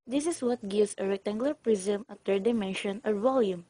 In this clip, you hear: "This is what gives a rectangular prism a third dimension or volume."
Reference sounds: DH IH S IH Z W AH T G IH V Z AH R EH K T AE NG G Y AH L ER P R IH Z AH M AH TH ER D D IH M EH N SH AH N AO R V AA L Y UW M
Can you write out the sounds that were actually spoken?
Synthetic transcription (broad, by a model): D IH S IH S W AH T G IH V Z AH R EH K T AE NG G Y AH L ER P R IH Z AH M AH T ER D D IH M EH N SH AH N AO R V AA L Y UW M